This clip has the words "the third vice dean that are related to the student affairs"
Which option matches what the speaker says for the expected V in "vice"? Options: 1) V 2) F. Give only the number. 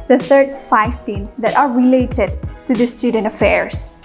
2